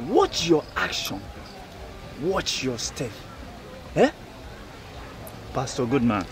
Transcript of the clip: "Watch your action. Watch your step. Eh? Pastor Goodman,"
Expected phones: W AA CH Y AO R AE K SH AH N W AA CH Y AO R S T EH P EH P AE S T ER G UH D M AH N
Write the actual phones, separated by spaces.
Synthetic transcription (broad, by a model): W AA CH Y AO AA K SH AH N W AA CH Y AO S T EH F EH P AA S T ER G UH D M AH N